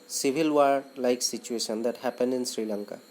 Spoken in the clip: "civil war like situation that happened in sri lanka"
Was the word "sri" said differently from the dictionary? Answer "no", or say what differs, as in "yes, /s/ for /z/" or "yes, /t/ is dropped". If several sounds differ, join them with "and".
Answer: no